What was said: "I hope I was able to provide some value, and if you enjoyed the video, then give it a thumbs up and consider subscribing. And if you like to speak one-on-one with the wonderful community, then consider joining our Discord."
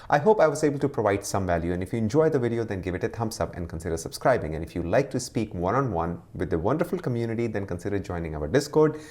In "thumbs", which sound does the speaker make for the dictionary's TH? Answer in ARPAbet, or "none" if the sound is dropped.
T